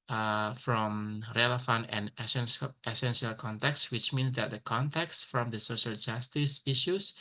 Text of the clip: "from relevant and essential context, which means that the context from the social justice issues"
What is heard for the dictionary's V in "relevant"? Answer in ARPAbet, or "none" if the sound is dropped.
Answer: F